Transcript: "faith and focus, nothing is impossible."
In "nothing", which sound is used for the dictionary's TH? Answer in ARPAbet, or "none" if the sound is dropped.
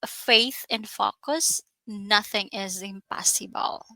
TH